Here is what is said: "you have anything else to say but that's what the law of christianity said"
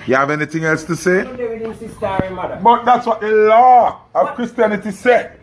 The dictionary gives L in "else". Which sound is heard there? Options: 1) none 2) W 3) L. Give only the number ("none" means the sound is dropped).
3